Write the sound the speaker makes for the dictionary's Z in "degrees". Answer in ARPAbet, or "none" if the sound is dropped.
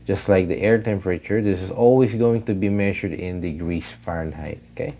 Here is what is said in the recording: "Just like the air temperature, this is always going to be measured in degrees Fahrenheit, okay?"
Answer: S